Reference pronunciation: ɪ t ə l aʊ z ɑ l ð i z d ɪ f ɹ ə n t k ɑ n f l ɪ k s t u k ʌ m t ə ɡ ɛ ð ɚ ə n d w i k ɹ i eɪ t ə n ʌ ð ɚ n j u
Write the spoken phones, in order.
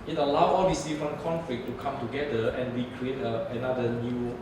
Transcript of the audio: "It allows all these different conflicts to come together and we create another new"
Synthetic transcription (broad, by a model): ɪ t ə l aʊ ɑ l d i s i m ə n k ɑ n f l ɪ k t u k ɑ m t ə ɡ ɛ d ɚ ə n w i k ɹ i eɪ t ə n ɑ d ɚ n j u